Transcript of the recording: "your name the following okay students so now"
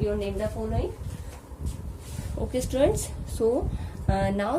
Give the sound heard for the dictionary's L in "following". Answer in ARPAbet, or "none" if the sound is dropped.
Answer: N